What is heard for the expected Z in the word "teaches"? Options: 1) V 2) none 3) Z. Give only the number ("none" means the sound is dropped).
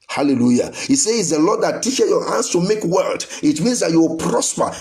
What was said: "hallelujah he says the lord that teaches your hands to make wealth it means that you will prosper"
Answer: 2